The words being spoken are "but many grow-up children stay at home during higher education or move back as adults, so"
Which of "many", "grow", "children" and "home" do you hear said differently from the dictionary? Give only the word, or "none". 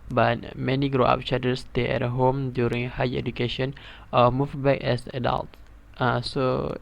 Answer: children